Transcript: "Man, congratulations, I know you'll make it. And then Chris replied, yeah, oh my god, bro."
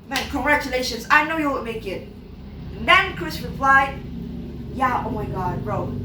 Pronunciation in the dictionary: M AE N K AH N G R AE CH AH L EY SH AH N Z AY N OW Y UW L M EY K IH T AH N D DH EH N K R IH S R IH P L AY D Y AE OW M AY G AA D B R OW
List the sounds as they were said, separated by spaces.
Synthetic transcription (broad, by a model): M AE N K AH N G R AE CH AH L EY SH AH N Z AY N OW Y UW M EY K IH T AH N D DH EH N K R IH S R IH P L AY D Y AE OW M AY G AA D R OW